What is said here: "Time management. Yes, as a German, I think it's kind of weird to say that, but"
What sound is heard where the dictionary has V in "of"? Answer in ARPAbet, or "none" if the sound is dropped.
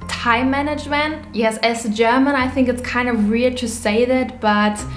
V